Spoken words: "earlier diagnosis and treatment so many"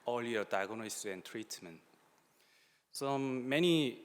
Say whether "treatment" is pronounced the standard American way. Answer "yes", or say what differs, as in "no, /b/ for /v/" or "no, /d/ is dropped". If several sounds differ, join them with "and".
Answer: yes